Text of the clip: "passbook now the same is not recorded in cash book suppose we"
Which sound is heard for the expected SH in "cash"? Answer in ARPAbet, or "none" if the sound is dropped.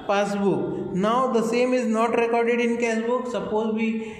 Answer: S